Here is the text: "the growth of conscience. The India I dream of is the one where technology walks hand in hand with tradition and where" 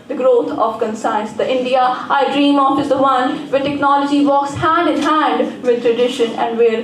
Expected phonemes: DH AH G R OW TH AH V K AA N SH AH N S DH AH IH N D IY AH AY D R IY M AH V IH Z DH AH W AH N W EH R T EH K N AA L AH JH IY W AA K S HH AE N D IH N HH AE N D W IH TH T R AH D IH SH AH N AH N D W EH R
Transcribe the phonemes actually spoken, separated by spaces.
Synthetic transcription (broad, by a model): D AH G R OW T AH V K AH N S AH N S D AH IH N D IY AH AY D R IY M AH F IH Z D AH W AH N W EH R T EH K N AA L AH JH IY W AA K S HH AE N D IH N HH AE N D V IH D T R AH D IH SH AH N AH N D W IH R